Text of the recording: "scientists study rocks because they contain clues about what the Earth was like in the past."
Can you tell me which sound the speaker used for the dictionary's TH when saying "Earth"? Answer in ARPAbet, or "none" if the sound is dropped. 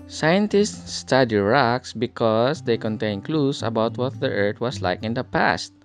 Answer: T